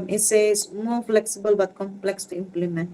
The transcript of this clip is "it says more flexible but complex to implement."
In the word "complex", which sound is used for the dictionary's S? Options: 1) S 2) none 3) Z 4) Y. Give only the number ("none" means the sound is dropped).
1